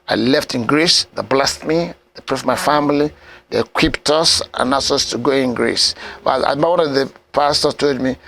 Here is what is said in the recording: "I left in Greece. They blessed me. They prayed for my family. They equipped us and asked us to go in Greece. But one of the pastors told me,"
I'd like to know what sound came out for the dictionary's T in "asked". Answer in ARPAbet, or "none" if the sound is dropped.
none